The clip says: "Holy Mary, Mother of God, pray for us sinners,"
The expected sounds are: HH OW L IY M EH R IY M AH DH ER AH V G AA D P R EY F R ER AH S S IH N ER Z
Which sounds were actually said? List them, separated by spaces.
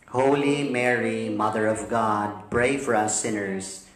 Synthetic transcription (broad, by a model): HH OW L IY M EH R IY M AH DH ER AH V G AA D B R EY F R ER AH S S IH N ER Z